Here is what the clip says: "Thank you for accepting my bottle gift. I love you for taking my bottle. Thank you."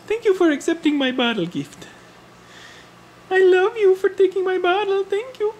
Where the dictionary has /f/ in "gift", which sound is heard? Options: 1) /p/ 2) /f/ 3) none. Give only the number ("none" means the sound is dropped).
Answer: 2